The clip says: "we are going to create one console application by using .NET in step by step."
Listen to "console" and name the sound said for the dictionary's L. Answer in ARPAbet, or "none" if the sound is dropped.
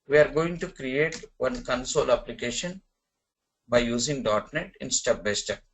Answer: L